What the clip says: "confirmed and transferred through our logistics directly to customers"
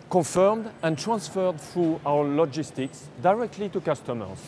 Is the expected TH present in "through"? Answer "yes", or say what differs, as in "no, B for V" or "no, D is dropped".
no, F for TH